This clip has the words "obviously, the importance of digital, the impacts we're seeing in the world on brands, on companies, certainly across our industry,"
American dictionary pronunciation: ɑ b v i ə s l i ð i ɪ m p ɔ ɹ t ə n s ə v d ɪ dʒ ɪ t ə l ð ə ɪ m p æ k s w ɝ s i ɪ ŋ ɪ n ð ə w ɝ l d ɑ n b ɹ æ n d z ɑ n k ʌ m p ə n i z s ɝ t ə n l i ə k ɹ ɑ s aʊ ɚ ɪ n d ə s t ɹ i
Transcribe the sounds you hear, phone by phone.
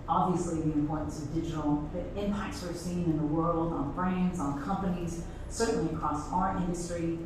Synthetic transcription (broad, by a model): ɑ b v i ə s l i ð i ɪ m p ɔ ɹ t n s ə v d ɪ dʒ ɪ t l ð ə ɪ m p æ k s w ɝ s i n ɪ n ð ə w ɝ l d n b ɹ æ n d z n k ʌ m p ə n i z s ɝ t n l i ə k ɹ ɑ s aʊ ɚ ɪ n d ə s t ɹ i